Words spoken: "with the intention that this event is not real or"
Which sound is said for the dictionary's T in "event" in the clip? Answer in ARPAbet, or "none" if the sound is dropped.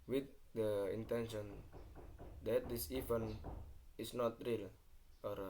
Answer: none